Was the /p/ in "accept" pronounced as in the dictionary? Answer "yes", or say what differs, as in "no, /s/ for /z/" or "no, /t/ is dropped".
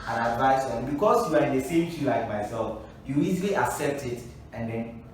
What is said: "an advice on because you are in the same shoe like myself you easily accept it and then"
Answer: yes